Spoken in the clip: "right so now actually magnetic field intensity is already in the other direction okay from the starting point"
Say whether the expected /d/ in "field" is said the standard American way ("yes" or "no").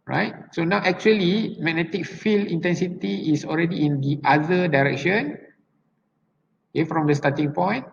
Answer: no